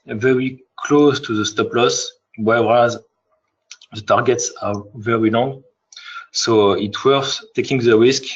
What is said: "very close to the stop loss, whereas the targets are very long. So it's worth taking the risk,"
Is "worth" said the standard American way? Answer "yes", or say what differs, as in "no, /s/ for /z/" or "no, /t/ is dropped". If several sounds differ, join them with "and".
no, /s/ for /θ/